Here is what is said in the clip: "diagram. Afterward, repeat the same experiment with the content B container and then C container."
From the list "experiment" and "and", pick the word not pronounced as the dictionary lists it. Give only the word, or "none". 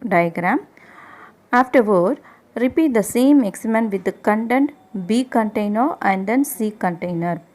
experiment